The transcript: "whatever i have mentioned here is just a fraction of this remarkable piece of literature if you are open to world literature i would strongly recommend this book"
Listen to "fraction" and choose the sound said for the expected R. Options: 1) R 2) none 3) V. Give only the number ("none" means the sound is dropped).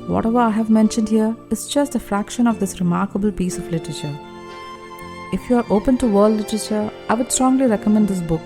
1